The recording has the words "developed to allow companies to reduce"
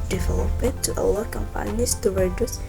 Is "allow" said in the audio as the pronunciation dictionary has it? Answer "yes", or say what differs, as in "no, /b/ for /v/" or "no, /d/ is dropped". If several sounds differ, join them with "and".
no, /w/ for /l/